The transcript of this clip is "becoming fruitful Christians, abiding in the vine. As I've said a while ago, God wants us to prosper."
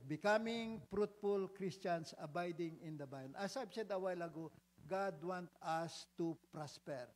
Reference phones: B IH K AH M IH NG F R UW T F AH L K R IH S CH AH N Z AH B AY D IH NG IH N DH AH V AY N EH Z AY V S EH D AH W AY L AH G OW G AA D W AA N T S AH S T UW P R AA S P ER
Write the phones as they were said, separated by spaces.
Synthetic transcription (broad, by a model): B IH K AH M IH NG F R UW T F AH L K R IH S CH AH N S AH B AY D IH NG IH N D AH B AY N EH S AY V S EH D AH W AY L AH G OW G AA D W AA N T AH S T UW P R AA S P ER